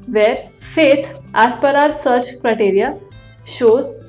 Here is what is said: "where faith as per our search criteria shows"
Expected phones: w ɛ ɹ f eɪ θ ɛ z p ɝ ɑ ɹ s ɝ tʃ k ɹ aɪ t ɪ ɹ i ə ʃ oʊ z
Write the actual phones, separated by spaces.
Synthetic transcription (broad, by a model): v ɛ ɹ f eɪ t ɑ s p ɝ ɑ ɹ s ɝ tʃ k ɹ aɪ t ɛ ɹ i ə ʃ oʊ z